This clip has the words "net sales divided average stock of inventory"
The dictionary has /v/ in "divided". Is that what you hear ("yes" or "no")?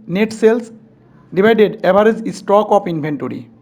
no